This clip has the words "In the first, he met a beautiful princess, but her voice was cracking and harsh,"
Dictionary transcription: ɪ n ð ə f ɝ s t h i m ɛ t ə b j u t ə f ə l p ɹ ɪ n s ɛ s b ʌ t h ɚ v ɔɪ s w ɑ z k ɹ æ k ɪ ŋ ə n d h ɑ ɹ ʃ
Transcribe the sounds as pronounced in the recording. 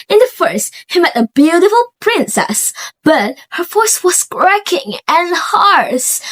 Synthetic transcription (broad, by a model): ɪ n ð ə f ɝ s t h i m ɛ t ə b j u t ə f ə l p ɹ ɪ n s ɛ s b ʌ t h ɚ f ɔɪ s w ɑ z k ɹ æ k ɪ ŋ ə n h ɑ ɹ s